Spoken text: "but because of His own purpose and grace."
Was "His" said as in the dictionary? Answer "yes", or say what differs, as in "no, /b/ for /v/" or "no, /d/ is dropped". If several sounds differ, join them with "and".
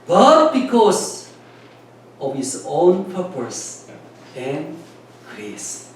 no, /s/ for /z/